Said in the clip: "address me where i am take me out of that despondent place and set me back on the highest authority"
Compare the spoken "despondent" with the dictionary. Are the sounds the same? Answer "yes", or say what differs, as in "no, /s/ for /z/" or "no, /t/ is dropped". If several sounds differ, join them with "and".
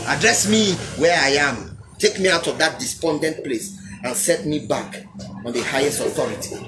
yes